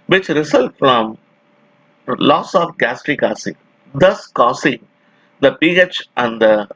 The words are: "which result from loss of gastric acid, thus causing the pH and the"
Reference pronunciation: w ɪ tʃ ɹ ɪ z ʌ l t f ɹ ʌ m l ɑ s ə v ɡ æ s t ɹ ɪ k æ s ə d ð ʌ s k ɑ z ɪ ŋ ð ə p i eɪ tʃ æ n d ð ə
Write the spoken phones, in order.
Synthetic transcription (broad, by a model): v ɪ tʃ ɹ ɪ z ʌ l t f ɹ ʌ m l ɑ s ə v ɡ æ s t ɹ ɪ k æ s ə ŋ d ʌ s k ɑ s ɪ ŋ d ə p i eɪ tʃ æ n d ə